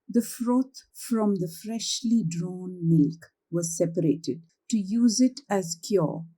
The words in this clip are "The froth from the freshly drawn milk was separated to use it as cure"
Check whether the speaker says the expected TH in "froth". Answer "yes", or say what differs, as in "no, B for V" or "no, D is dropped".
no, T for TH